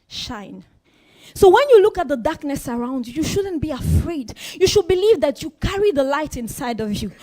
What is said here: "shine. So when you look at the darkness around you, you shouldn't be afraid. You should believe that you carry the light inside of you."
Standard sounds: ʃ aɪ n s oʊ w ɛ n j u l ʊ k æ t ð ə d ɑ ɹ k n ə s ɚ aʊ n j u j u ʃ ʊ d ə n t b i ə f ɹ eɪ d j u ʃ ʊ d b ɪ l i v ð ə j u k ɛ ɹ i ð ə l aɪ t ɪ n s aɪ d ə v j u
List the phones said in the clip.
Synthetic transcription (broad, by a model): ʃ aɪ n s oʊ w ɛ n j u l ʊ k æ t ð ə d ɑ ɹ k n ə s ɚ aʊ n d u j u ʃ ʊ d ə n b i ə f ɹ eɪ d j u ʃ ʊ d b ɪ l i v ð ə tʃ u k ɛ ɹ i ð ə l aɪ t ɪ n s aɪ d ə v j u